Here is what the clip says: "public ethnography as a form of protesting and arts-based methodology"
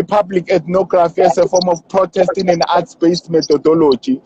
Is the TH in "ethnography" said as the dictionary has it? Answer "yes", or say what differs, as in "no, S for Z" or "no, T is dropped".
no, T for TH